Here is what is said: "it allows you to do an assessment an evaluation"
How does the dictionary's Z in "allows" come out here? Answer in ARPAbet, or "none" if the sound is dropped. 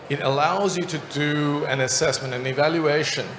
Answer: Z